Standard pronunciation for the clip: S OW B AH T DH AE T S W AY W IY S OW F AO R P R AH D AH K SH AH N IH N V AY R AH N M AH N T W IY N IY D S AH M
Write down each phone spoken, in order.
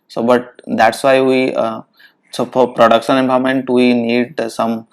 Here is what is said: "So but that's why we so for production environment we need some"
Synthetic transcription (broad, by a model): S OW B AH T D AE T S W AY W IY S OW F AO R P R AH D AH K SH AH N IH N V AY AH M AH N T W IY N IY D S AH M